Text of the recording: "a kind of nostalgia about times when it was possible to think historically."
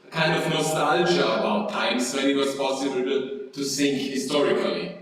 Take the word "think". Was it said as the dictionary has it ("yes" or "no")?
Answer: no